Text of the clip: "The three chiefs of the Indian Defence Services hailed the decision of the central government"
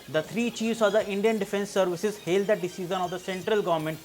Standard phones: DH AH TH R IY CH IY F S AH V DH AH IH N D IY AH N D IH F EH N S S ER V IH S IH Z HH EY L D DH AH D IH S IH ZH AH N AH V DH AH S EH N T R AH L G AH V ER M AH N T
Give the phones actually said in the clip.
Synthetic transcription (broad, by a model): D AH T R IY CH IY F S AH V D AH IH N D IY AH N D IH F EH N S S ER V IH S IH Z HH EY L D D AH D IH S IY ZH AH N AH V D AH S EH N T R AH L G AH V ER M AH N T